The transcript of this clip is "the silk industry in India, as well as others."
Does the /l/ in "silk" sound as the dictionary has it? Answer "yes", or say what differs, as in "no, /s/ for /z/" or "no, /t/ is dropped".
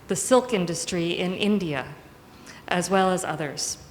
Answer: yes